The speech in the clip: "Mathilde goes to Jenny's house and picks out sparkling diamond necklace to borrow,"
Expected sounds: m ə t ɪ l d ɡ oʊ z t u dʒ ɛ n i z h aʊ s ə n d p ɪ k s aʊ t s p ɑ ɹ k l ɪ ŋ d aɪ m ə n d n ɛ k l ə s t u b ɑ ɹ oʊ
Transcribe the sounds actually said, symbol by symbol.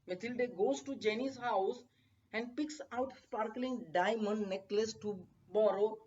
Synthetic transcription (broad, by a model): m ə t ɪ l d ɡ oʊ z t u dʒ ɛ n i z h aʊ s ə n d p ɪ k s aʊ t s p ɑ ɹ k l ɪ ŋ d aɪ m ə n d n ɛ k l ə s t u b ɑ ɹ oʊ